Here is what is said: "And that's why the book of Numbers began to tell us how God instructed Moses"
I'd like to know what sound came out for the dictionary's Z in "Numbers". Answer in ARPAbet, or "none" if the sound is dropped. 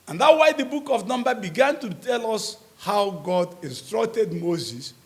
none